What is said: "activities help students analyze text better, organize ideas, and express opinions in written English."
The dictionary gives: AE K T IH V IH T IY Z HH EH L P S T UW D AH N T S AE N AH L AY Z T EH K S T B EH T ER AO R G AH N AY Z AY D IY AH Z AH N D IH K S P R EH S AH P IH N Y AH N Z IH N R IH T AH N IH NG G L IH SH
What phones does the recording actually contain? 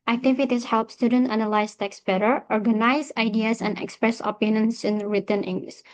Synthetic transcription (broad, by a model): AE K T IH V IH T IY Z HH EH L P S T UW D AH N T AE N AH L AY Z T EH K S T B EH T ER AO R G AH N AY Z AY D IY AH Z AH N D IH K S P R EH S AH P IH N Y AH N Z IH N R IH T AH N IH NG G L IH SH